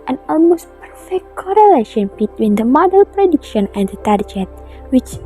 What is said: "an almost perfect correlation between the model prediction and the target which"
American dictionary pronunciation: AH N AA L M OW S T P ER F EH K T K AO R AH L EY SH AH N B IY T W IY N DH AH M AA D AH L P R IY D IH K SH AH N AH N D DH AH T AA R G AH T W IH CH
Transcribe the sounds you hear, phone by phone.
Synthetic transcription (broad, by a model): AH N AA L M OW S T P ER F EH K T K AO R AH L EY SH AH N B IY T W IY N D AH M AA D AH L P R IY D IH K SH AH N AH N D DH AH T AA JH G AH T W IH CH